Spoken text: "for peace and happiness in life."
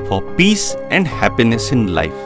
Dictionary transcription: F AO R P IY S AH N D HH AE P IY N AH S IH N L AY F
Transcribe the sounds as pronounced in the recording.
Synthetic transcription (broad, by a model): F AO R P IY S AH N D HH AE P IY N AH S IH N L AY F